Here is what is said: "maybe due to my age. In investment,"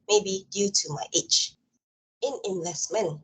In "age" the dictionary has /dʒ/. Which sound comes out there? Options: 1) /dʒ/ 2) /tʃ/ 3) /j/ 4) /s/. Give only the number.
2